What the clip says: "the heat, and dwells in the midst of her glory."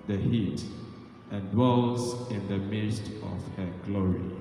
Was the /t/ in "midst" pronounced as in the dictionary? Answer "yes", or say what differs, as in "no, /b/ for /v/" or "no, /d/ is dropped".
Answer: yes